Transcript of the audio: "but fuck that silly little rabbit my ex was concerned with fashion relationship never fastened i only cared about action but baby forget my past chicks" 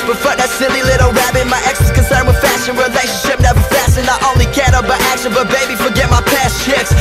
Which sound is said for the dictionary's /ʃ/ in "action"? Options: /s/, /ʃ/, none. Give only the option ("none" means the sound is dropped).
/s/